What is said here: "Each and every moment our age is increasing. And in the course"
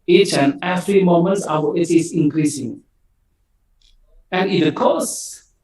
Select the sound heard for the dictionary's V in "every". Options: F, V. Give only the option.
F